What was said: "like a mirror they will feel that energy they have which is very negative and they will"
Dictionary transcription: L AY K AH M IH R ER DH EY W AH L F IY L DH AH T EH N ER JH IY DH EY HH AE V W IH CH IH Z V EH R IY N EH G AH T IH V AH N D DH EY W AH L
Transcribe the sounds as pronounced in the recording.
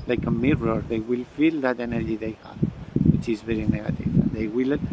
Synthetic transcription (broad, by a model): L AY K AH M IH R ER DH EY W AH L F IY L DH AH T EH N ER JH IY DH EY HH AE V W IH CH IH Z V EH R IY N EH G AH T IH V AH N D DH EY W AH L